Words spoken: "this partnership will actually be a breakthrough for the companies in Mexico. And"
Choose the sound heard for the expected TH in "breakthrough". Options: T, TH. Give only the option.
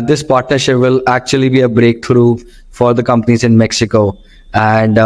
T